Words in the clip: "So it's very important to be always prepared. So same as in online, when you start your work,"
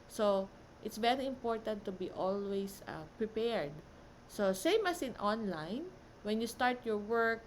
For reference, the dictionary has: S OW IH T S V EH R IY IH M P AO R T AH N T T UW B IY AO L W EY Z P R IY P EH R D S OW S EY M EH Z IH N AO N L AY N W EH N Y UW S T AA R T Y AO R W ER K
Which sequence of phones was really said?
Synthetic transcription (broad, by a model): S OW IH T S V EH R IY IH M P AO R T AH N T T UW B IY AO L W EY S P R IY P EH R D S OW S EY M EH S IH N AO N L AY N W EH N Y UW S T AA R T Y AO R W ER K